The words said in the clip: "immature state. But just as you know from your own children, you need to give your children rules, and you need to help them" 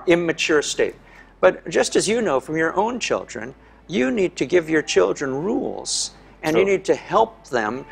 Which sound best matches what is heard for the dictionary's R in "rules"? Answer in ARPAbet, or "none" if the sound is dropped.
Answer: R